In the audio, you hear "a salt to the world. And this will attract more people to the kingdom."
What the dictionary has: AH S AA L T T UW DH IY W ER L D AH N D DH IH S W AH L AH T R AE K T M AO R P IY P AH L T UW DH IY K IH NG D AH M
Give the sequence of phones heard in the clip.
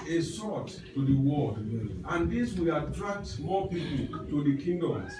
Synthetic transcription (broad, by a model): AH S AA T T UW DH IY W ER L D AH N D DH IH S W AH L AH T R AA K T M AO P IY P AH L T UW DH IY K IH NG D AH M